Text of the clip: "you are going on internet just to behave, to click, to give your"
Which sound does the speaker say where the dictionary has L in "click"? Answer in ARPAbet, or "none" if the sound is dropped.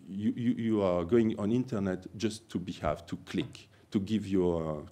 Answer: L